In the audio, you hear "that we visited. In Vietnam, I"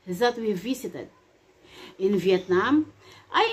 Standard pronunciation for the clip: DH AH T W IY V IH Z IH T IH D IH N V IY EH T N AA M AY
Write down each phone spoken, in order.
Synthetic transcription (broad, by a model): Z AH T W IY V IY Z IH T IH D IH N V IY EH T N AA M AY